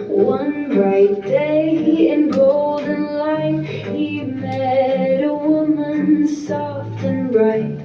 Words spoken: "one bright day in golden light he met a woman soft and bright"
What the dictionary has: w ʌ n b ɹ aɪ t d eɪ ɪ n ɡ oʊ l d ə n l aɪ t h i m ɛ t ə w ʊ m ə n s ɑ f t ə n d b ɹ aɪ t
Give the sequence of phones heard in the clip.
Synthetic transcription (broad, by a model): w ʌ n b ɹ aɪ t d eɪ ɪ n ɡ oʊ l d n l aɪ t h i m ɛ t ə w ʊ m ə n s ɑ f t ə n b ɹ aɪ t